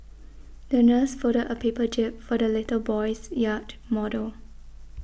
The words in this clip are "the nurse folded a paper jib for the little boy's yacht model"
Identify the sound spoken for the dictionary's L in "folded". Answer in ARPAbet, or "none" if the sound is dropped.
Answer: none